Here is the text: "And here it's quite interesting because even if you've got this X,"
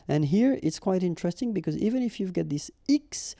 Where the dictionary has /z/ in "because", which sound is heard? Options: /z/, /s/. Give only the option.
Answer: /z/